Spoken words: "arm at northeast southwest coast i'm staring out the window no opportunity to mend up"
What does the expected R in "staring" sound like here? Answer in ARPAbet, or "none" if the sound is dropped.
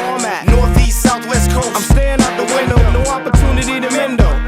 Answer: none